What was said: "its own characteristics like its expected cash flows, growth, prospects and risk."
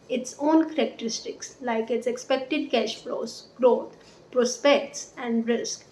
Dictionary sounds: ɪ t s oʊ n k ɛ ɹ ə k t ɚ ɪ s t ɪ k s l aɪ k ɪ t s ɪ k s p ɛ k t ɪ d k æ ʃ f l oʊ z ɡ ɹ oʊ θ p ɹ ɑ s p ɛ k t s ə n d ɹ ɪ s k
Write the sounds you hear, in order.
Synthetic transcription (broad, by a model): ɪ t s oʊ n k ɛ ɹ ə k t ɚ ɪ s t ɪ k s l aɪ k ɪ t s ɪ k s p ɛ k t ɪ d k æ ʃ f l oʊ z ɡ ɹ oʊ t p ɹ ɑ s p ɛ k t s ə n d ɹ ɪ s k